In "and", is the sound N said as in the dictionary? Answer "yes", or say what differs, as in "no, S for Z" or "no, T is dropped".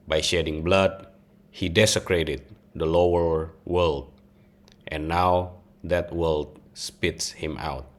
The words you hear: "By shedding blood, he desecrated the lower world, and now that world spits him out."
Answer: no, L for N